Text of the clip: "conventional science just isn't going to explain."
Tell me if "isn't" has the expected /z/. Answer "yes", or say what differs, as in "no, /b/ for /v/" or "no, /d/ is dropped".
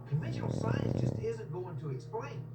yes